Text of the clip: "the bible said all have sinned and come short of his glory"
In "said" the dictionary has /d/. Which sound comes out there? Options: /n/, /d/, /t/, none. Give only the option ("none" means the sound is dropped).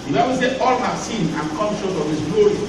none